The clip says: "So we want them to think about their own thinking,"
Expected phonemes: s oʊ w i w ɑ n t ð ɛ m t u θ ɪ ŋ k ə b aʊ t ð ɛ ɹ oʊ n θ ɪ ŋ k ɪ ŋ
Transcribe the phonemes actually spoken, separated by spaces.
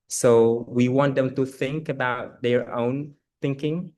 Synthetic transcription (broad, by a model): s oʊ w i w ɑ n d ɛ m t u θ ɪ ŋ k ə b aʊ t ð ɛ ɹ oʊ n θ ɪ ŋ k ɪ ŋ